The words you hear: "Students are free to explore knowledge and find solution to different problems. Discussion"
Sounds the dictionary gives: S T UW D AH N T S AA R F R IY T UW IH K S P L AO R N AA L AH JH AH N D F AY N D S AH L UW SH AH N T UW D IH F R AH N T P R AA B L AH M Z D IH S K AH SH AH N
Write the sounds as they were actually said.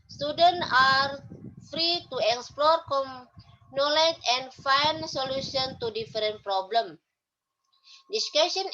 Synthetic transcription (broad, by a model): S T UW D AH N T AA R F R IY T UW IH K S P L AO R N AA L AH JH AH N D F AY N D S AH L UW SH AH N T UW D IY F R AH N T P R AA B L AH M D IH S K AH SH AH N